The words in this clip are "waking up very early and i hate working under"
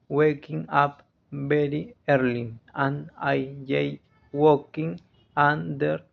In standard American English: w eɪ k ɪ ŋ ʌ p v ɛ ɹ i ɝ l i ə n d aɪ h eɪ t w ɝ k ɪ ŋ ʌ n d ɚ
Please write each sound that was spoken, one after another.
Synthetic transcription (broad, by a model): w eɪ k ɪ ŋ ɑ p b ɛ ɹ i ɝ l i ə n aɪ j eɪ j w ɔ k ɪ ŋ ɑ n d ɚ